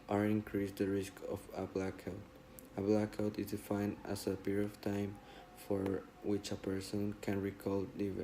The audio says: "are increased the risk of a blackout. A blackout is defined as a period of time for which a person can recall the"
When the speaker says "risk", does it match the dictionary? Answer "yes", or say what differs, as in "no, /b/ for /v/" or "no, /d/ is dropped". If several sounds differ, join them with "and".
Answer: yes